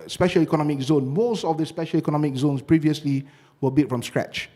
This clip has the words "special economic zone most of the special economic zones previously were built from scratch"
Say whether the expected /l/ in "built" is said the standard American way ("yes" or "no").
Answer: no